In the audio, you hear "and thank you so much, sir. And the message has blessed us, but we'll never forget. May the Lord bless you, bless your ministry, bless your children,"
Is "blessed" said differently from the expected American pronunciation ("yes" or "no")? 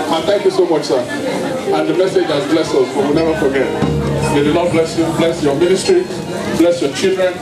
yes